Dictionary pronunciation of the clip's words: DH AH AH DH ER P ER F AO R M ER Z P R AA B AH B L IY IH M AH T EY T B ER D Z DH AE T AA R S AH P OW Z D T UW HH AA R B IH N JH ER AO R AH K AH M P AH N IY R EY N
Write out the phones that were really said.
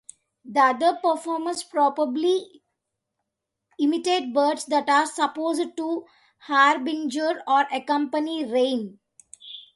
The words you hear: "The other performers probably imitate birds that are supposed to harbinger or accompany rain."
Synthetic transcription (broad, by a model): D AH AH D ER P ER F AO R M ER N P R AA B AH B L IY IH M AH T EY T B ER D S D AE T AA R S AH P OW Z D T UW HH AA R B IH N JH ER AO R AH K AH M P AH N IY R EY N